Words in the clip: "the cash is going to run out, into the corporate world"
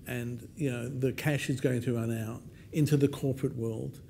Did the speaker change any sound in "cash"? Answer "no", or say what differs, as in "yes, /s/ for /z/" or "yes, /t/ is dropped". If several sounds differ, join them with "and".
no